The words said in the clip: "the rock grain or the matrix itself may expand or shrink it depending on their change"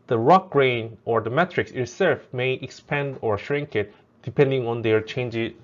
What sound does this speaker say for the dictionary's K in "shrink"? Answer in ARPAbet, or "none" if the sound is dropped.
K